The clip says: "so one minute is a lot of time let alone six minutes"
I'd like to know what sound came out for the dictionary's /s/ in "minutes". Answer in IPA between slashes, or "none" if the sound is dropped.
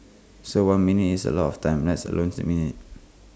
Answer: none